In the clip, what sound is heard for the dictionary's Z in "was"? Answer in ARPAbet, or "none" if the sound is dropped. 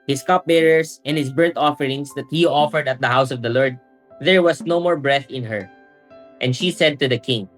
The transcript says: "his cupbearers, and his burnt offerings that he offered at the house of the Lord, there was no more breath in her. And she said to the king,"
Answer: S